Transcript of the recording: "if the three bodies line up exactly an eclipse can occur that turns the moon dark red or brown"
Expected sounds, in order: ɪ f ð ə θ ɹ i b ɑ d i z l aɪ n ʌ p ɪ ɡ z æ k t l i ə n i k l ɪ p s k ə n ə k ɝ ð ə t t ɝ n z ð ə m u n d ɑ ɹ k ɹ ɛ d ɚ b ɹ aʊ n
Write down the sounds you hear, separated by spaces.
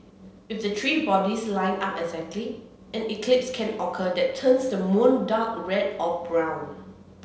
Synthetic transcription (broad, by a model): ɪ f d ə t ɹ i b ɑ d i s l aɪ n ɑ p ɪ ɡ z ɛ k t l i ə n i k l ɪ p s k ə n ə k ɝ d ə t t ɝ n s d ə m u n d ɑ k ɹ ɛ d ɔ b ɹ aʊ n